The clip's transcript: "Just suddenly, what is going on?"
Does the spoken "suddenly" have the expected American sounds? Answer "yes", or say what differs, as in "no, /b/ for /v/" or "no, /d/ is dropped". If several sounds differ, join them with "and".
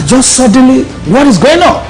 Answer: yes